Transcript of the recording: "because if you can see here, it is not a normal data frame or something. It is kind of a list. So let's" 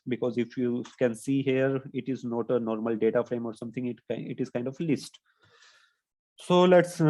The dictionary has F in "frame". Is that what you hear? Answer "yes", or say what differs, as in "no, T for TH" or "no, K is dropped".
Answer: yes